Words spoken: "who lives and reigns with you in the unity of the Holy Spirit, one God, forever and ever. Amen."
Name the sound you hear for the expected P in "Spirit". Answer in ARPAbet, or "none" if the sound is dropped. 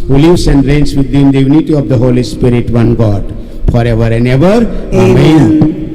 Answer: P